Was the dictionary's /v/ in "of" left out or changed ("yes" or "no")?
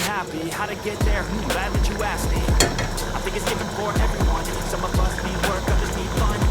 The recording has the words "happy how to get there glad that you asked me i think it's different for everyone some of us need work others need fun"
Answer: yes